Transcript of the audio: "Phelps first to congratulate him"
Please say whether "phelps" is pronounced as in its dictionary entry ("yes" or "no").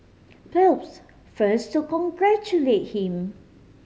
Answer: no